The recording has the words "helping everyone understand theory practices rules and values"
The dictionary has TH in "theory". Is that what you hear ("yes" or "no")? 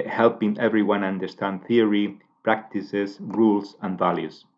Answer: yes